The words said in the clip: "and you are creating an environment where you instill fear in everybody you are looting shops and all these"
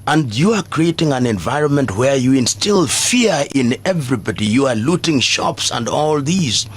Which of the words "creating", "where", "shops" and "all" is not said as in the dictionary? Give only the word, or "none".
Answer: none